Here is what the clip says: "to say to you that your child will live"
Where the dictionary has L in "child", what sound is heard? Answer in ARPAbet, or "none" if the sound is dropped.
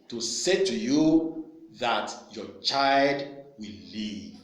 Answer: L